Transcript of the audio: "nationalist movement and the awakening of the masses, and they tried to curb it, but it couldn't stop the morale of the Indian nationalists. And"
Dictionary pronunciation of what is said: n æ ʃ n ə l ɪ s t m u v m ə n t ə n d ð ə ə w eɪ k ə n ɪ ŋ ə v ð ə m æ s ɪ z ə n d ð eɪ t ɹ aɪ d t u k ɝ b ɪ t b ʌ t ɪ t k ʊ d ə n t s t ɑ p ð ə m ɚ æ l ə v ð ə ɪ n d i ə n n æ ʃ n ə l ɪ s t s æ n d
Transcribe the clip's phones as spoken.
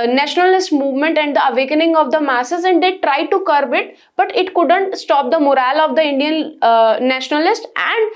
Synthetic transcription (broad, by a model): n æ ʃ n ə l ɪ s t m u v m ə n t ə n d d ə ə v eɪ k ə n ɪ ŋ ə v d ə m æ s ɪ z ə n d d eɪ t ɹ aɪ d t u k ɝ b ɪ t b ʌ t ɪ t k ʊ d ə n t s t ɑ p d ə m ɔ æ l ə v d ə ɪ n d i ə n n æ ʃ n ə l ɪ s t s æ n d